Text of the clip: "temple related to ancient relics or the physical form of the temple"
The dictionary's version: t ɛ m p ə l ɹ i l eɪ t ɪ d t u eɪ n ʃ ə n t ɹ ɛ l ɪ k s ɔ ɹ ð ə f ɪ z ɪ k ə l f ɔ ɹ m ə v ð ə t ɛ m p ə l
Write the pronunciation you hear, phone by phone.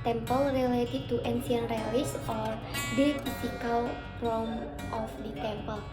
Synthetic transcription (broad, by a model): t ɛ m p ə l ɹ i l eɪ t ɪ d t u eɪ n s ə n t ɹ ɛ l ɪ s ɔ ɹ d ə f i s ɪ k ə l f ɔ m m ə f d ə t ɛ m p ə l